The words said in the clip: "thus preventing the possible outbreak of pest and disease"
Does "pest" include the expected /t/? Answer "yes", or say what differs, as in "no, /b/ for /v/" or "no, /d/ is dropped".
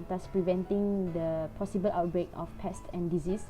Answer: yes